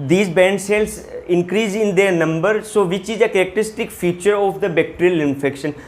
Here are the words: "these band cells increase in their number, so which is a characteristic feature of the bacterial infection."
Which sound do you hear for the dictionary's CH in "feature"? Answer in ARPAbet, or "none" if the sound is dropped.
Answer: CH